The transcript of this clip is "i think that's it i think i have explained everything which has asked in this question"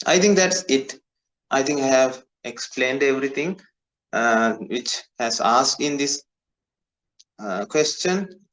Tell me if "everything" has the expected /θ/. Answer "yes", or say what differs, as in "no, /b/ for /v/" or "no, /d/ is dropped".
no, /t/ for /θ/